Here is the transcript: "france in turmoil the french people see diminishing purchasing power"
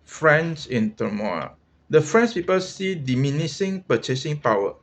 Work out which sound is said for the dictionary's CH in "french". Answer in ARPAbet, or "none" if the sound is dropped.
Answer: S